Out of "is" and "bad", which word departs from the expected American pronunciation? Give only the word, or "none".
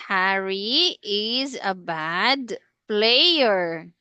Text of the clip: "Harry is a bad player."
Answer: none